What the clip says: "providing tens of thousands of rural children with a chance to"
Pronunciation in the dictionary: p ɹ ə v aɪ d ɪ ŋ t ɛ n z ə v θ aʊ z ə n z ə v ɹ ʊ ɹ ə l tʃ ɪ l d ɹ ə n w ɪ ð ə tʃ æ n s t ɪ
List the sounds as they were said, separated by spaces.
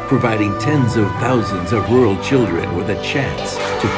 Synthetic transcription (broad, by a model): p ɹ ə v aɪ d ɪ ŋ t ɛ n z ə v θ aʊ z ə n z ə v ɹ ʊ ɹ l tʃ ɪ l d ɹ ə n w ɪ ð ə tʃ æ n s t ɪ